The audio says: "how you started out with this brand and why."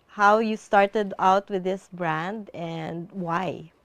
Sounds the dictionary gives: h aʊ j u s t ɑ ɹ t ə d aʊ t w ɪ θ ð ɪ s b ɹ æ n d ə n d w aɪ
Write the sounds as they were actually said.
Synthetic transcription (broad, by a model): h aʊ j u s t ɑ ɹ t ə d aʊ t w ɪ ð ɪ s b ɹ æ n d ə n d w aɪ